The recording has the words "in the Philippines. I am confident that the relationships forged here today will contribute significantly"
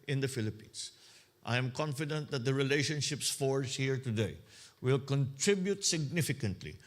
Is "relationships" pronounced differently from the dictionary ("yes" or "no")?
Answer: no